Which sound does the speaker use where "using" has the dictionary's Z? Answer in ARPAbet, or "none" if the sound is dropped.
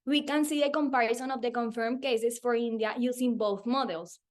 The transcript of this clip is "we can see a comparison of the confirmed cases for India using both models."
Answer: S